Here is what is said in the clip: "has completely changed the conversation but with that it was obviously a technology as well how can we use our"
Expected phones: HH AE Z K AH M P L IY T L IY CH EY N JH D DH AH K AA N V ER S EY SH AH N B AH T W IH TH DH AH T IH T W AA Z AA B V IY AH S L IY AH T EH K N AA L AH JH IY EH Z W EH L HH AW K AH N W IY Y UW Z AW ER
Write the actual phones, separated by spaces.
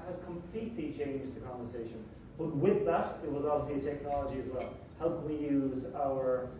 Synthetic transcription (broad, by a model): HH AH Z K AH M P L IY T L IY CH EY N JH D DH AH K AA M V ER S EY SH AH N B AH T W IH DH AH T IH T W AA Z AA B V IY AH S L IY AH T EH K N AA L AH JH IY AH Z W EH L HH AW K AH N W IY Y UW Z AW ER